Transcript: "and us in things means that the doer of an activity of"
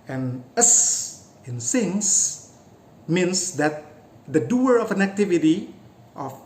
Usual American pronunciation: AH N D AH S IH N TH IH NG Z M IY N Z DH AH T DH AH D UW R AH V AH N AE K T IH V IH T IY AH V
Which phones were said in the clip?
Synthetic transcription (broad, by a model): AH N AH S IH N S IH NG S M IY N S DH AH T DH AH D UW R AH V AH N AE K T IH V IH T IY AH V